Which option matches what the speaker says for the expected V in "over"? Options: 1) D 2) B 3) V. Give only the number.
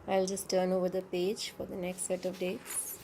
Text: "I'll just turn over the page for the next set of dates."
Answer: 3